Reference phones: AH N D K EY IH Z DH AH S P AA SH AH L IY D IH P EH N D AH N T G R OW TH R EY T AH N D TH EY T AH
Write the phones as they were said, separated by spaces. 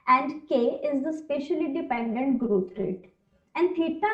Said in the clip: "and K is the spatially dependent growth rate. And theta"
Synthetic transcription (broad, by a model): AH N D K EY IH Z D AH S P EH SH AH L IY D IH P EH N D AH N T G R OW T R EY T AH N D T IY T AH